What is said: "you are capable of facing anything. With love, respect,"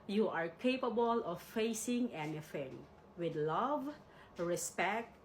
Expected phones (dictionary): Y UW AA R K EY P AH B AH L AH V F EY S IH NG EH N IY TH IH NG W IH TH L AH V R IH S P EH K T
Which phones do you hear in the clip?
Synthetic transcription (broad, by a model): Y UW AA R K EY P AH B AH L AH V F EY S IH NG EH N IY F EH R W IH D L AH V R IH S P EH K T